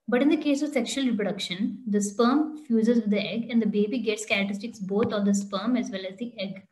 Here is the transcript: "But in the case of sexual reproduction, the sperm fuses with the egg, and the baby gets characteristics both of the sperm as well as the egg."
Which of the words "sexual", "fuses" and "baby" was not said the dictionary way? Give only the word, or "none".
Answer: none